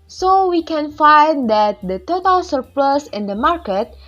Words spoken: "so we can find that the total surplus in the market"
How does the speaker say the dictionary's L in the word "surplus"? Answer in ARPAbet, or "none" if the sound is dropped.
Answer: L